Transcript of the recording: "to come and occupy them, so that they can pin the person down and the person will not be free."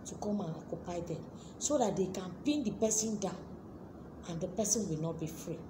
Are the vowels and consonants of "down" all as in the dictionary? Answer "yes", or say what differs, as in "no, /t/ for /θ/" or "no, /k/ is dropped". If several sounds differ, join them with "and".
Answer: no, /n/ is dropped